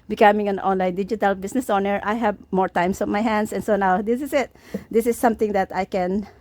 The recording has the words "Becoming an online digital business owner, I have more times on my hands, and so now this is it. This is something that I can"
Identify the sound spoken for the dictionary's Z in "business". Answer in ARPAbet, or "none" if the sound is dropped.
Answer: S